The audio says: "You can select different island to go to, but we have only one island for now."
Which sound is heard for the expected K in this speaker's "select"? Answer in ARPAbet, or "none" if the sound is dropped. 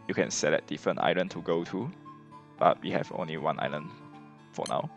none